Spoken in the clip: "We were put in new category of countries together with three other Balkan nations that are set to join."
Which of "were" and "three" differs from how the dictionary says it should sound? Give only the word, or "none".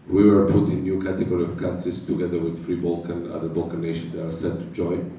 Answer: three